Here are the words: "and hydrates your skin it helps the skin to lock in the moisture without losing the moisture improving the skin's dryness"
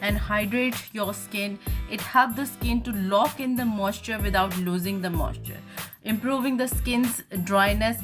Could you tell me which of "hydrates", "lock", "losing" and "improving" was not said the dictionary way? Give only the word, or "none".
hydrates